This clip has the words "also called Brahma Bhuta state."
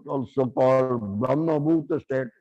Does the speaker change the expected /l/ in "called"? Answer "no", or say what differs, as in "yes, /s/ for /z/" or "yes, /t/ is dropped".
yes, /l/ is dropped